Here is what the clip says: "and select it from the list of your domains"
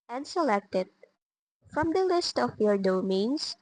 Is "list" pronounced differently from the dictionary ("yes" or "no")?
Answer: no